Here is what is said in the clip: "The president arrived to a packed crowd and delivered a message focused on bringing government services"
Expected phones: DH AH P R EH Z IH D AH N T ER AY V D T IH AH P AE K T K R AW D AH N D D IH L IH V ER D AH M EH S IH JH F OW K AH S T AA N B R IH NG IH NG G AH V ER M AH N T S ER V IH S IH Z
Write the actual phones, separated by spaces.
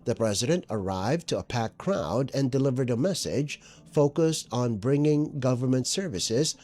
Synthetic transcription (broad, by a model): DH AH P R EH Z IH D AH N T ER AY V T IH AH P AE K K R AW D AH N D D IH L IH V ER D AH M EH S IH JH F OW K AH S T N B R IH NG IH NG G AH V ER M AH N T S ER V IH S IH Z